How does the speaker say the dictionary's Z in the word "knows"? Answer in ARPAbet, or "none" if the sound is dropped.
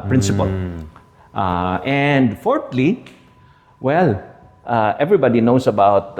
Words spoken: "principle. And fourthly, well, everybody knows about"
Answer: S